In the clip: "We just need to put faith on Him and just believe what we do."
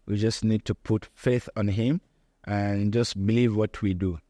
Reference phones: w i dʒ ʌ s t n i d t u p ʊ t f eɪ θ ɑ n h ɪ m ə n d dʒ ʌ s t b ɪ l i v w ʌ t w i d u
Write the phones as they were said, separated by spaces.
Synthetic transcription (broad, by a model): w i dʒ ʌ s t n i d t u p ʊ t f eɪ θ ɑ n h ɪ m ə n dʒ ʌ s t b ɪ l i v w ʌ t w i d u